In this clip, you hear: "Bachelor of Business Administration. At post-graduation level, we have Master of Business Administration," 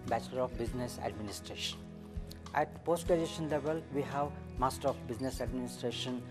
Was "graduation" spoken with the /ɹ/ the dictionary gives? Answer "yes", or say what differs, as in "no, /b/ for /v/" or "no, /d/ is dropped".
no, /ɹ/ is dropped